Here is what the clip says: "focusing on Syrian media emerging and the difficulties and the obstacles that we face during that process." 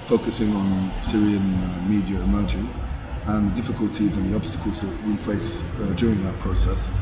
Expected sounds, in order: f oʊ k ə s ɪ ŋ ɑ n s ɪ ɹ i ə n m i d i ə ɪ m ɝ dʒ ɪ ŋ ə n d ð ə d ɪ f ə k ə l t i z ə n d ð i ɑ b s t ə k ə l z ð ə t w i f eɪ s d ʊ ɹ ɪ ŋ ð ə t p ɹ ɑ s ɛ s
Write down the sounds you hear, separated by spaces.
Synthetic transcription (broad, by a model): f oʊ k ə s ɪ ŋ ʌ n s ɪ ɹ i ə n m i d i ə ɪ m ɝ dʒ ɪ ŋ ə n ð ə d ɪ f ə k ə l t i z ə n ð i ɑ b s t ə k ə l z ð ə t w i f eɪ s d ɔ ɹ ɪ ŋ ð ə t p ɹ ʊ s ɛ s